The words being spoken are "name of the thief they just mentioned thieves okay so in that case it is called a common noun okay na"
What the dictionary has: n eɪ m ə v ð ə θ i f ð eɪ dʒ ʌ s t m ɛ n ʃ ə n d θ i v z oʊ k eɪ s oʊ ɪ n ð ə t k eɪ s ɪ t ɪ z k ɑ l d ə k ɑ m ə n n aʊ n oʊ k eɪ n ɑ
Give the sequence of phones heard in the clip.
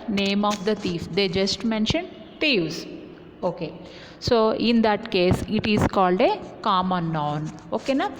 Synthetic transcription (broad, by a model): n eɪ m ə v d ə t i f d eɪ dʒ ʌ s t m ɛ n ʃ ə n d t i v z oʊ k eɪ s oʊ ɪ n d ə t k eɪ s ɪ t ɪ z k ɑ l d ə k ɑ m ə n n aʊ n oʊ k eɪ n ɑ